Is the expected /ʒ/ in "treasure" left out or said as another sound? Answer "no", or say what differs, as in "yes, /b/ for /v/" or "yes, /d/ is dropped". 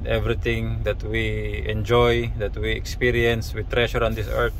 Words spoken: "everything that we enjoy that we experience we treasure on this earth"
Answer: yes, /ʃ/ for /ʒ/